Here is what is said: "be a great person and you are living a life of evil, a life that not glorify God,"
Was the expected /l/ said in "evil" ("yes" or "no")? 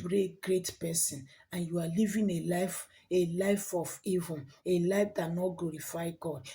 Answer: no